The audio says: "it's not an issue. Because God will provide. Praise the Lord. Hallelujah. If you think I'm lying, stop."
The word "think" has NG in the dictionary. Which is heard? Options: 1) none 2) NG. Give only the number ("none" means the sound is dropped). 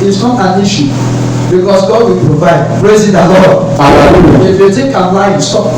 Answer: 1